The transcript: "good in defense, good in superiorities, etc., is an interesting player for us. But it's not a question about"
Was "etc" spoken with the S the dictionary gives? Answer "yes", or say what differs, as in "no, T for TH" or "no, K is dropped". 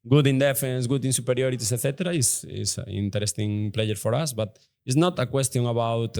no, TH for S